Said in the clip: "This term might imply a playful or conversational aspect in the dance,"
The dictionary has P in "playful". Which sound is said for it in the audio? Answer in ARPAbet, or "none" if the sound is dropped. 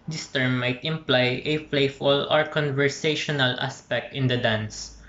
F